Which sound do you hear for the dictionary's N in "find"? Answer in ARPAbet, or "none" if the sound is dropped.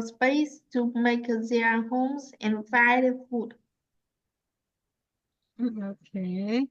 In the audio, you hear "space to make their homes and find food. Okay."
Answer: none